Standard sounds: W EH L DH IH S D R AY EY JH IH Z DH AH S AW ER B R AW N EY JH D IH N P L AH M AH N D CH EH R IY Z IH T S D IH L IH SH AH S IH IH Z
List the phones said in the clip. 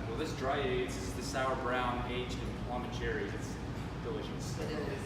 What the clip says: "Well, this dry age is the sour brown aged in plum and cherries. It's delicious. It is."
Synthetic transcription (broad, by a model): W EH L DH IH S D R AY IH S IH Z DH AH S AW ER B R AW N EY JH IH N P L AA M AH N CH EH R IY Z IH T S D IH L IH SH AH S IH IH